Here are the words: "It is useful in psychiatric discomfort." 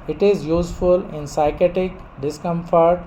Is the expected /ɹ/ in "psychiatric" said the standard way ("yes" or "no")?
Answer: no